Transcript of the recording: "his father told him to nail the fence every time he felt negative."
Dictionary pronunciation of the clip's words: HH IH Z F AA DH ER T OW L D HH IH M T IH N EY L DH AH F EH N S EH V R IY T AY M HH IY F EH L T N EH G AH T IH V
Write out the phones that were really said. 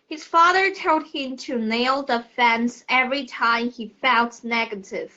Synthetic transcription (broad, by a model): HH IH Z F AA DH ER T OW D HH IH M T IH N EY L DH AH F EH N S EH V R IY T AY M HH IY F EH N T N EH G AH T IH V